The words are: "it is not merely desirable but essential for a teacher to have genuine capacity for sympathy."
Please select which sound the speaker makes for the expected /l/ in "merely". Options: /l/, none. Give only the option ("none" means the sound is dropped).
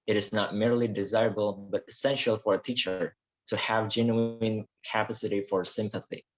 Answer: /l/